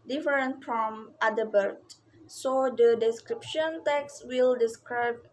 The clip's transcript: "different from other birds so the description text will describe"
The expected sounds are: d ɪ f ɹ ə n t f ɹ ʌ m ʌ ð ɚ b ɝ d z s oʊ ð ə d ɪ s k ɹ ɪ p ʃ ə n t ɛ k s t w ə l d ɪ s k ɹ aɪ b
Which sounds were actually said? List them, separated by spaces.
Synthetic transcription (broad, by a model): d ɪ f ɹ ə n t f ɹ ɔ m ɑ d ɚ b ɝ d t s oʊ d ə d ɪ s k ɹ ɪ p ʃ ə n t ɛ k s t w ə l d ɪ s k ɹ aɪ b